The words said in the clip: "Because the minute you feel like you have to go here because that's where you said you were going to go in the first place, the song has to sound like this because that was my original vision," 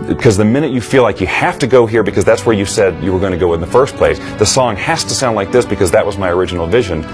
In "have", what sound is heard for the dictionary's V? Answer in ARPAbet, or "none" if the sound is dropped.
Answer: F